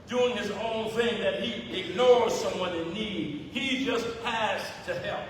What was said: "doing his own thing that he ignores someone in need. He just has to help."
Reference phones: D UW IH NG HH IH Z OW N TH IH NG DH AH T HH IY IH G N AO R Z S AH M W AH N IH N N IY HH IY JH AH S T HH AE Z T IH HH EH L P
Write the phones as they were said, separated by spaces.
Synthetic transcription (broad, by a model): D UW IH NG IH Z OW N TH IH NG DH AH T HH IY IH G N AO R Z S AH M W AH N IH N N IY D IY JH AH S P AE S T IH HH EH L P